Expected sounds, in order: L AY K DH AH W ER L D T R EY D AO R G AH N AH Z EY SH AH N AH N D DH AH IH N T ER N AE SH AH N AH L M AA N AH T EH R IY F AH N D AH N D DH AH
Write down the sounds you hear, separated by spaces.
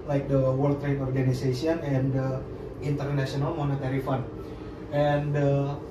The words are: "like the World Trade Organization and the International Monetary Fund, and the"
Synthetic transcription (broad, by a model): L AY K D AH W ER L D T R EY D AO R G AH N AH S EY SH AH N AH N D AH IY N T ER N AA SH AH N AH L M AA N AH T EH R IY F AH N AH N D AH